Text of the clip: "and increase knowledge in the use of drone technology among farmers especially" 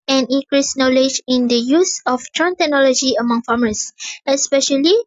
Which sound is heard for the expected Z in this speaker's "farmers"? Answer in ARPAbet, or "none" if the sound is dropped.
S